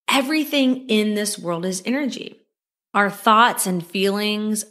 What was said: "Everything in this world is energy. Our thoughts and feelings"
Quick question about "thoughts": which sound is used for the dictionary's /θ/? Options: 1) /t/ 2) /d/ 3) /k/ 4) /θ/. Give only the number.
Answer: 4